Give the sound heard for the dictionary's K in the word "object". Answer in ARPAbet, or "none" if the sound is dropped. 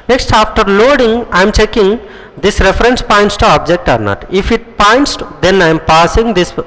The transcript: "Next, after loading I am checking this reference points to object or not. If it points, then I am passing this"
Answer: K